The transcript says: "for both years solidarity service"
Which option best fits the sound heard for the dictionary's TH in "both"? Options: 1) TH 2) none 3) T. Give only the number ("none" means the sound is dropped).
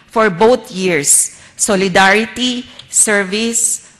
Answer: 3